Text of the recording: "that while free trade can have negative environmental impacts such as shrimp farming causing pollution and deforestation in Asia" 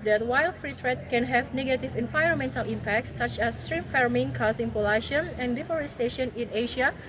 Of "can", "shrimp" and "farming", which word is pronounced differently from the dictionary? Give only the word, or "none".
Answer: shrimp